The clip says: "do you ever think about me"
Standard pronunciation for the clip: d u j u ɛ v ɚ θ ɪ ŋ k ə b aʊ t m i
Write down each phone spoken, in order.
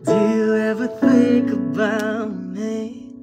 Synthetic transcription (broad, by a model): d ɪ j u ɛ v ɚ θ ɪ ŋ k ə b aʊ t m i